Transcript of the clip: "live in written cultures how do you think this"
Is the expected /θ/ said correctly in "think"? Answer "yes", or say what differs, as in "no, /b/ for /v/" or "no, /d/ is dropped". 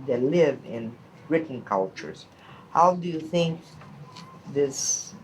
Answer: yes